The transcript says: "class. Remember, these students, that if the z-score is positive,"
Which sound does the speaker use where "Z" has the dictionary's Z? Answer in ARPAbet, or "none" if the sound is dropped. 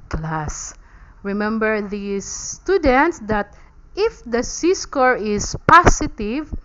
S